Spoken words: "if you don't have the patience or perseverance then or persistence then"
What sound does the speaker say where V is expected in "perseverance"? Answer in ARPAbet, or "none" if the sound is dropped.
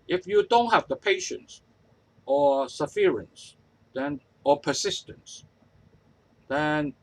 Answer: F